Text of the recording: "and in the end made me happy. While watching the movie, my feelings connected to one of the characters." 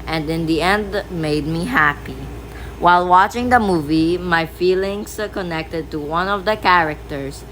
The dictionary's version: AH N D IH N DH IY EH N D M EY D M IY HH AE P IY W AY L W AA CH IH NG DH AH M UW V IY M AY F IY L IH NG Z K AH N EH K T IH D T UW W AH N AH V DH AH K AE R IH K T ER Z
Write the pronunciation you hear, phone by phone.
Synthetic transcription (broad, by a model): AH N D IH N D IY EH N D M EY D M IY HH AE P IY W AY L W AA CH IH NG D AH M UW V IY M AY F IY L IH NG S K AH N EH K T IH D T UW W AH N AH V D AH K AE R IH K T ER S